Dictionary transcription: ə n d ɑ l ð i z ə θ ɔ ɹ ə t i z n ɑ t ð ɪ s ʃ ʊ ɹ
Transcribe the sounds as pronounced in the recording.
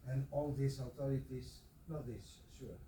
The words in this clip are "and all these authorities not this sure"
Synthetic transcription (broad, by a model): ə n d ɑ l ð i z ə t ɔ ɹ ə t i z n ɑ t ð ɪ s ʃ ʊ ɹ